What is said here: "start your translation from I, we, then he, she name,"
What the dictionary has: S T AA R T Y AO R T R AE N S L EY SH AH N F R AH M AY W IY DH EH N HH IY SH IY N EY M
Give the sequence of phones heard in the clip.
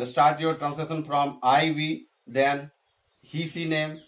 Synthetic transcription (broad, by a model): S T AA R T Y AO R T R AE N S EY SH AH N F R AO M AY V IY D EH N HH IY S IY N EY M